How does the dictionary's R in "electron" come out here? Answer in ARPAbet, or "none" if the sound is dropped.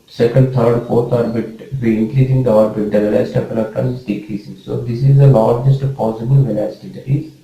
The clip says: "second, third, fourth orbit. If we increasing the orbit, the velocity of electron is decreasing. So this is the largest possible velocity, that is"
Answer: none